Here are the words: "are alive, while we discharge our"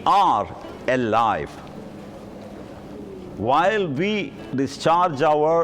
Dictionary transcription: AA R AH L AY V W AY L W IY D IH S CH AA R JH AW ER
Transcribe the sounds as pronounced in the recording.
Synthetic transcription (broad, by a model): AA R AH L AY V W AY L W IY D IH S CH AA R JH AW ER